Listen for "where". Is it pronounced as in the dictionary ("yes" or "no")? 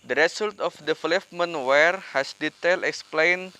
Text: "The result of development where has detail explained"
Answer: yes